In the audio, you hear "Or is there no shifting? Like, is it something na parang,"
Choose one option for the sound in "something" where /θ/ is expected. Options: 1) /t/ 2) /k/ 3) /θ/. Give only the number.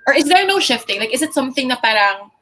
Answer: 3